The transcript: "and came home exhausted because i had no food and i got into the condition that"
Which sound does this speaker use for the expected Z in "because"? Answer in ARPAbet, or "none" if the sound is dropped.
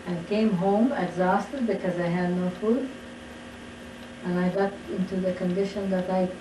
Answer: Z